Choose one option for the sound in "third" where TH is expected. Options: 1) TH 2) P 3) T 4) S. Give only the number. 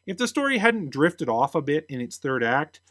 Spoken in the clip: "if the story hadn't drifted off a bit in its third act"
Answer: 1